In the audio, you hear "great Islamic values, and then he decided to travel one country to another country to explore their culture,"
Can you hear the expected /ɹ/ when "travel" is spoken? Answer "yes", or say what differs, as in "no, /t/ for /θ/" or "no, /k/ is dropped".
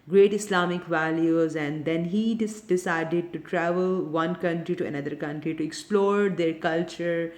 yes